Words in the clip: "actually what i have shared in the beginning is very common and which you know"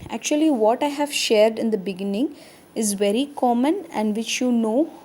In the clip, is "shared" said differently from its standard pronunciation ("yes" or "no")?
no